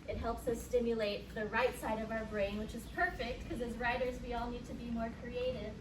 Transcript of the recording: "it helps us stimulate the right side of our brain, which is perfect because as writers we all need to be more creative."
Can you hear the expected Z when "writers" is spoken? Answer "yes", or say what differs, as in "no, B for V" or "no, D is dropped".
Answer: yes